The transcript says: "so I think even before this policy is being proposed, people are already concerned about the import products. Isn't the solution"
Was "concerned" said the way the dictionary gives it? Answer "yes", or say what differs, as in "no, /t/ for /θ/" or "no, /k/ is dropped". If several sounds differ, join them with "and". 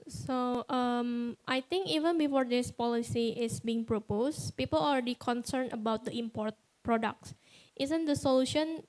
no, /d/ is dropped